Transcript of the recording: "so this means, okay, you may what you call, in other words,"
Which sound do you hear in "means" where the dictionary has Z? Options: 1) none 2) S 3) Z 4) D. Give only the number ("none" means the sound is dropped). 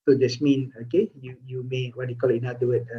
1